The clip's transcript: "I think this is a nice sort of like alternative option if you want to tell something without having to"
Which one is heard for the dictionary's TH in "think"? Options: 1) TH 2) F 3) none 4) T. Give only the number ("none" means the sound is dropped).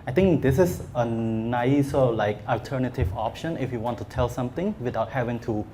4